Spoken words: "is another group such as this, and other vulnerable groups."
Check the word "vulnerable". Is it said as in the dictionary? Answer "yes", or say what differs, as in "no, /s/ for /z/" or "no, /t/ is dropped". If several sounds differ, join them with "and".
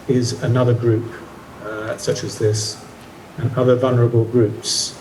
yes